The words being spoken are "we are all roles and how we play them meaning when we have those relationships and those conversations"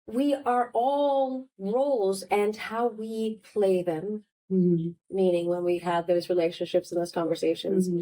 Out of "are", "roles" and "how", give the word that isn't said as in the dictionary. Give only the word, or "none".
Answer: none